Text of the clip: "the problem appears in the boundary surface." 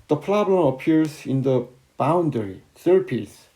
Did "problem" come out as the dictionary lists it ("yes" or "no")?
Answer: no